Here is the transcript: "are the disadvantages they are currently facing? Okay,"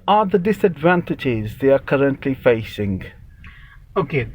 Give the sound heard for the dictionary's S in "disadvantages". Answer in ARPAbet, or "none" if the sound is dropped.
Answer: S